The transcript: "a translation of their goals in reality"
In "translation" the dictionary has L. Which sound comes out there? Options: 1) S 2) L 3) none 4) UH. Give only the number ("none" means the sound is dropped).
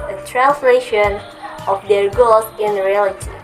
2